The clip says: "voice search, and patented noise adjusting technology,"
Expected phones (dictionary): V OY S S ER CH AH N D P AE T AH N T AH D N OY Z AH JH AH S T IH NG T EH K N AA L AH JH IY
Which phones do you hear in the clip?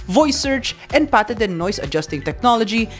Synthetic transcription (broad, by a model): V OY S S ER CH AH N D P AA T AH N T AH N OY S AH JH AH S T IH NG T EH K N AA L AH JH IY